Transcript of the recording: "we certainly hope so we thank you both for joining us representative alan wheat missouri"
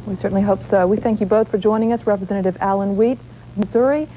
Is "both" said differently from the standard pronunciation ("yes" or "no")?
no